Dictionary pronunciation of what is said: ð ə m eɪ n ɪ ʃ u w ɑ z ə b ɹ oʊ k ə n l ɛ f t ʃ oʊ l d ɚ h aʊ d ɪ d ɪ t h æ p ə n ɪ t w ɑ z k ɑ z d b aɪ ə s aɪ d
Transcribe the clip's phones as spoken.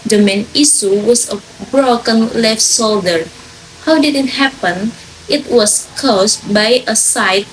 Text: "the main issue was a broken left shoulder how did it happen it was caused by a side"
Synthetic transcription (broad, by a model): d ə m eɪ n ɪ s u w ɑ s ə b ɹ oʊ k ə n l ɛ f t s oʊ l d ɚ h aʊ d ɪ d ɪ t h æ p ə n ɪ t w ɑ s k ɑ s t b aɪ ə s aɪ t